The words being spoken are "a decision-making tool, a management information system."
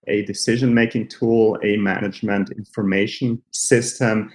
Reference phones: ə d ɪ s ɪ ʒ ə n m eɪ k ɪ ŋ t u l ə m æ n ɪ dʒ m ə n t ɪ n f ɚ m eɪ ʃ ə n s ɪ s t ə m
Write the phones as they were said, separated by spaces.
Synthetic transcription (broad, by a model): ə d ɪ s ɪ ʒ ə n m eɪ k ɪ ŋ t u l ə m æ n ɪ dʒ m ə n t ɪ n f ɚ m eɪ ʃ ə n s ɪ s t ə m